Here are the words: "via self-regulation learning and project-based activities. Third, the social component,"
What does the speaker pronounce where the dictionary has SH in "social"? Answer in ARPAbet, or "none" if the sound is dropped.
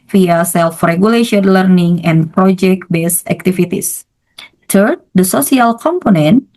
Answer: S